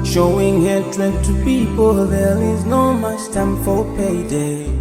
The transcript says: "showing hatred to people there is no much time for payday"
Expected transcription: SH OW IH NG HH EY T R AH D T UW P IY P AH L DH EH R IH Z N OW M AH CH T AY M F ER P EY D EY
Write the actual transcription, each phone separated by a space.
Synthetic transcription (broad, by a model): SH OW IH NG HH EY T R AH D T UW P IY P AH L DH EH L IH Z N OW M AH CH T AY M F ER P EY D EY